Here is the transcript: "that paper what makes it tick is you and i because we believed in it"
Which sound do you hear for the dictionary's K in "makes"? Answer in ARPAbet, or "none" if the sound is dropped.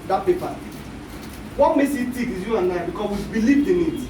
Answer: none